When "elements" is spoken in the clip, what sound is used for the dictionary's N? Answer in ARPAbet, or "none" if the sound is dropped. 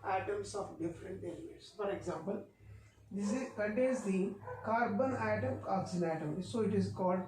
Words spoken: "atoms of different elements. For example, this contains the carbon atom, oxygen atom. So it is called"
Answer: none